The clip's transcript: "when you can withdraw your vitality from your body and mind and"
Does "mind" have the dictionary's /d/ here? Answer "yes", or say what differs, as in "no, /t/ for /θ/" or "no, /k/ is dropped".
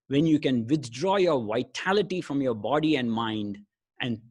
yes